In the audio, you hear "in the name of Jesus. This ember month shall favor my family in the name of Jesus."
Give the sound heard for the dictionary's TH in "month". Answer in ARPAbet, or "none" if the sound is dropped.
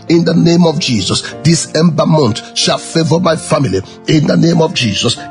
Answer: T